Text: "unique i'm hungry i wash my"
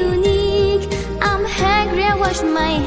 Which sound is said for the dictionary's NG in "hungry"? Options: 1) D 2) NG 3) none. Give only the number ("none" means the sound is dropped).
3